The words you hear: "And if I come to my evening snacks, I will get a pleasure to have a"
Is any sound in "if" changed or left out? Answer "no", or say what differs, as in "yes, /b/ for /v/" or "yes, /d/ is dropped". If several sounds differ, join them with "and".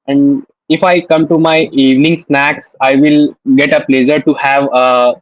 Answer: no